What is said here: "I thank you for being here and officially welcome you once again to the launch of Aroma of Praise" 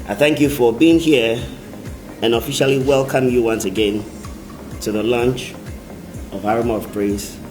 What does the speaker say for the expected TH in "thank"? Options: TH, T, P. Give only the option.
TH